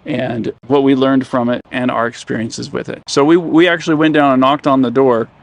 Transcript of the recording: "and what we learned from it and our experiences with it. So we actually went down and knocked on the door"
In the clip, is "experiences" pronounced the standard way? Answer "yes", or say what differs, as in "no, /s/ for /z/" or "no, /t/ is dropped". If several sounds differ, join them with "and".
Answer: yes